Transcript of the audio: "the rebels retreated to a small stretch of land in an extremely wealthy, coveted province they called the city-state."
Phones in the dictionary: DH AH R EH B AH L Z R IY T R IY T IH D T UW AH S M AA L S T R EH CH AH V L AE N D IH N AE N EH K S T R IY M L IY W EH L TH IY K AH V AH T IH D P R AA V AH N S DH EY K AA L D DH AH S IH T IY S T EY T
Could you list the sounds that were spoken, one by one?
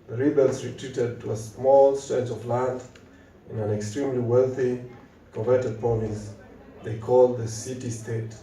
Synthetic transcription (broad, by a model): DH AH R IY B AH L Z R IY T R IY T IH D T UW AH S M AA L S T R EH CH AH V L AE N D IH N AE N EH K S T R IY M L IY W EH L TH IY K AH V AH T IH D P AA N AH S DH EY K AA L D DH AH S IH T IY S T EY T